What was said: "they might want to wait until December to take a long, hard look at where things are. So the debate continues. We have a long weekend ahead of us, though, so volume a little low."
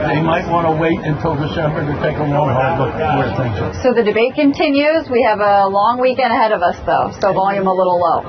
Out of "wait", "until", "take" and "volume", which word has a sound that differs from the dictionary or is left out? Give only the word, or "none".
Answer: none